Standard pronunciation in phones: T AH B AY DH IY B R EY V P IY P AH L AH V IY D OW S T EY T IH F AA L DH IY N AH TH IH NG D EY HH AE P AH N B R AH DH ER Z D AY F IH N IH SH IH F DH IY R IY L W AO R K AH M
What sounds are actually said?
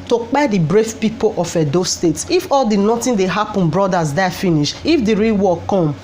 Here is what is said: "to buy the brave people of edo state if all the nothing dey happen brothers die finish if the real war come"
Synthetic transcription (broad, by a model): T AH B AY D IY B R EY F P IY P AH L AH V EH D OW S T EY T IH F AA L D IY N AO T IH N D EY HH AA P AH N B R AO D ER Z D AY F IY N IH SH IH F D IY R IY L W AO K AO M